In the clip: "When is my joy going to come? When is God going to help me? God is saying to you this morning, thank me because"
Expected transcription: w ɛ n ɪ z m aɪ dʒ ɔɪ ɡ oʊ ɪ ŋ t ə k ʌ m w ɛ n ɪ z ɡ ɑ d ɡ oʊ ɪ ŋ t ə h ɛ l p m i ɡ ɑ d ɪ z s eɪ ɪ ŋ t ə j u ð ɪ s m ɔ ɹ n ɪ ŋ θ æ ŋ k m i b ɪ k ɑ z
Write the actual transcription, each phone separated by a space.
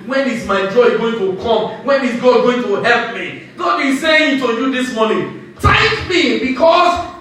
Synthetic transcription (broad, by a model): w ɛ n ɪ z m aɪ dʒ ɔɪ ɡ oʊ ɪ ŋ t ə k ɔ m w ɛ n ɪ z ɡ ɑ ɡ oʊ ɪ ŋ t ə h ɛ l p m i ɡ ɑ d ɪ s eɪ ɪ ŋ t ə j u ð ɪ s m ɔ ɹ n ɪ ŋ t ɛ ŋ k m i b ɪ k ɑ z